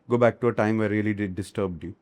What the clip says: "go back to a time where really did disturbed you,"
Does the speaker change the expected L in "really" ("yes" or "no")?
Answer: yes